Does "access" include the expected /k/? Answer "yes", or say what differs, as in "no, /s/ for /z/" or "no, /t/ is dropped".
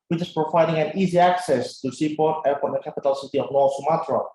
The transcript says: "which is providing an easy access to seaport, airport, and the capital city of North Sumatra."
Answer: yes